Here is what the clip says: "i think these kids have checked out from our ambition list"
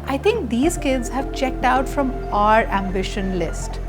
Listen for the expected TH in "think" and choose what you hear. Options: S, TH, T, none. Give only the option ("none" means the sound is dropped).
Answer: T